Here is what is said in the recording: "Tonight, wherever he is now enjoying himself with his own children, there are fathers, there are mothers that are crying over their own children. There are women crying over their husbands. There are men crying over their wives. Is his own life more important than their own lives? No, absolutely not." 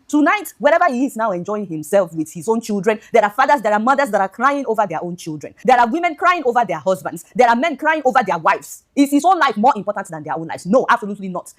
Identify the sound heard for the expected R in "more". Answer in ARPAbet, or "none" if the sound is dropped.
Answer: R